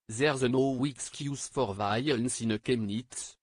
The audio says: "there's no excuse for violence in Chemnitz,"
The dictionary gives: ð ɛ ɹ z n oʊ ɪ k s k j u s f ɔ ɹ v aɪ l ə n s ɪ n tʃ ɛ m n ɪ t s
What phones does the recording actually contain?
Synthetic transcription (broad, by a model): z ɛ ɹ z n oʊ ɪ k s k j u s f ɔ ɹ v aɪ ə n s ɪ n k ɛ m n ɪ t